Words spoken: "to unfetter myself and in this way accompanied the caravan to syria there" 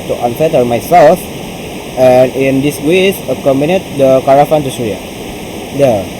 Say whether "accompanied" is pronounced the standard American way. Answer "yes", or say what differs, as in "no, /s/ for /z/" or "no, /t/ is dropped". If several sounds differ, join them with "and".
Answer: no, /b/ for /p/